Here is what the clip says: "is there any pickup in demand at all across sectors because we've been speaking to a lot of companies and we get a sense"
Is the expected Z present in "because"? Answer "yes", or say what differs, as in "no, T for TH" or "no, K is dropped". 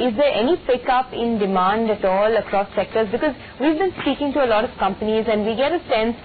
yes